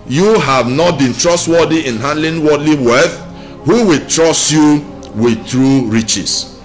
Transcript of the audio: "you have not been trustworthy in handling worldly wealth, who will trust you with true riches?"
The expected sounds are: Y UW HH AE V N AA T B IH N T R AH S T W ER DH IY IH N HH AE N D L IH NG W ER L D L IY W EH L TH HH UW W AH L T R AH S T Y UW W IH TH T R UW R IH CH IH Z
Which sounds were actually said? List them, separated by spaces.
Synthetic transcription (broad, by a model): Y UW HH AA V N AA T B IH N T R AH S T W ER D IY IH N HH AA N D L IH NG W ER D L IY W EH TH HH UW W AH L T R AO S T Y UW W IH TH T R UW R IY CH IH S